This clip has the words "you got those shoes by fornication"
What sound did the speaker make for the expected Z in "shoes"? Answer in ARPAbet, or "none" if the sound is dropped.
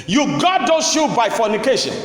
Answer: none